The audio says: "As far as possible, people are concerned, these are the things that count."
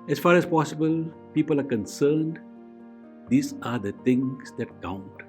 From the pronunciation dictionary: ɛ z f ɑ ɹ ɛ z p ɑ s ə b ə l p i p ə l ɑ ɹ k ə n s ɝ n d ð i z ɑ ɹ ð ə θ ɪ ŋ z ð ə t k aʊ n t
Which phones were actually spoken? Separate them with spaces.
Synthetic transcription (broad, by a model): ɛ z f ɑ ɹ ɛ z p ɑ s ə b ə l p i p ə l ɑ ɹ k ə n s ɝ n d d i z ɑ ɹ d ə t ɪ ŋ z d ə t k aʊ n t